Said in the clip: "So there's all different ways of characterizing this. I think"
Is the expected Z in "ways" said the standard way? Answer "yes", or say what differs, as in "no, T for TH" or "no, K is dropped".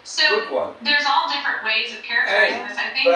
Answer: yes